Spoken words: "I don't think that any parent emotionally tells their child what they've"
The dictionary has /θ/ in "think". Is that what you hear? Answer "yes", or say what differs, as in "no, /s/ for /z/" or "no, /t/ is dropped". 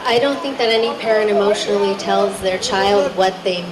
yes